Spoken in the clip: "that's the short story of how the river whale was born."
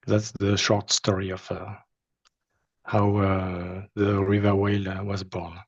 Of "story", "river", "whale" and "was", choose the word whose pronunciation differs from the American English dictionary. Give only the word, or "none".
none